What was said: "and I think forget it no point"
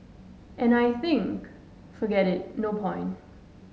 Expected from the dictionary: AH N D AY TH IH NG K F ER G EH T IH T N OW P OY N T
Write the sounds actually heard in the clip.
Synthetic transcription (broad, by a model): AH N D AY TH IH NG K F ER G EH T IH T N OW P OY N T